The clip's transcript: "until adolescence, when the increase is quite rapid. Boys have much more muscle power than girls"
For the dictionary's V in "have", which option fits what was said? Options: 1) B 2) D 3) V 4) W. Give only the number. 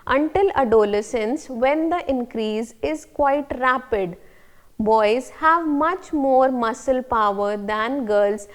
3